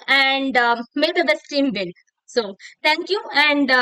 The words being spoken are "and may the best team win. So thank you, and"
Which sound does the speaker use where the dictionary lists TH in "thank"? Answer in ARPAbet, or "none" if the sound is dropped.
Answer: T